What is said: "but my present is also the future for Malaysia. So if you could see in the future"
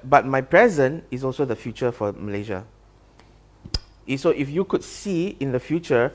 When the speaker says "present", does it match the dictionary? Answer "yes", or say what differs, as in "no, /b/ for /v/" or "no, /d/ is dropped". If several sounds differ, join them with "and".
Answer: no, /t/ is dropped